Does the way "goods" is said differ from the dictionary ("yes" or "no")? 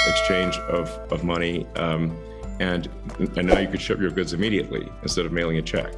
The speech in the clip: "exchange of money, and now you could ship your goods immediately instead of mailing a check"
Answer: no